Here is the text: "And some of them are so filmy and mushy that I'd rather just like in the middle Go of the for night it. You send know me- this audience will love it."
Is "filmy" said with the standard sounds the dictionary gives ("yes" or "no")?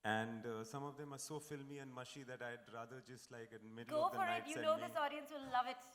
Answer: yes